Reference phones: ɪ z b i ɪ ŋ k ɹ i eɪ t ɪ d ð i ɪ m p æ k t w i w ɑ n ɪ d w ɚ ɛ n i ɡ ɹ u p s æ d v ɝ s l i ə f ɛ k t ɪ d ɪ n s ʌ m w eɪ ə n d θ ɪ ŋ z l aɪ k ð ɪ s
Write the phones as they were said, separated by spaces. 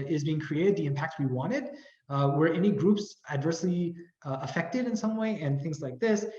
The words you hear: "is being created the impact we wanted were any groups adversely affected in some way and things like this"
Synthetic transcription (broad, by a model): ɪ z b i ɪ ŋ k ɹ i eɪ t ɪ d ð i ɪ m p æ k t w i w ɑ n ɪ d w ɚ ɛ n i ɡ ɹ u p s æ d v ɝ s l i ə f ɛ k t ɪ d ɪ n s ʌ m w eɪ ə n θ ɪ ŋ z l aɪ k ð ɪ s